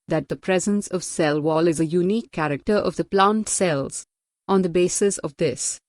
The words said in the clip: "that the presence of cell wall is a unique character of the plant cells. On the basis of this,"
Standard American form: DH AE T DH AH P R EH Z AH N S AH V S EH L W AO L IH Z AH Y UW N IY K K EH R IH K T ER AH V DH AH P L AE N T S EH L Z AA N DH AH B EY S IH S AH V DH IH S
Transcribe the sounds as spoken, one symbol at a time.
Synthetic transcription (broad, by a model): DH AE T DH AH P R EH Z AH N S AH V S EH L W AO L IH Z AH Y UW N IY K K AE R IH K T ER AH V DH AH P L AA N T S EH L Z AA N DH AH B EY S IH S AH V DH IH S